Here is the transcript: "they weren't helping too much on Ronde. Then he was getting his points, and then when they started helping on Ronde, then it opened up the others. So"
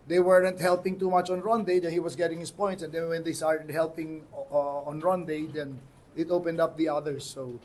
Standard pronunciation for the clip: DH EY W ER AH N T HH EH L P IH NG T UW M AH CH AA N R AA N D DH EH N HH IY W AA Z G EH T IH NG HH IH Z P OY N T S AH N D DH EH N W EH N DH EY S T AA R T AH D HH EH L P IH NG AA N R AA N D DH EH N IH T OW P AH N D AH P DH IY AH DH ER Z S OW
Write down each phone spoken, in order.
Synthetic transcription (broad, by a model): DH EY W ER AH N T HH EH L P IH NG T UW M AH CH AA N R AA N D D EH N HH IY W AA S G EH T IH NG HH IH S P OY N T S AH N D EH N W EH N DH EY S T AA R T AH D HH EH L P IH NG AA N R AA N D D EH N IH T OW P AH N D AH P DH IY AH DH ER S OW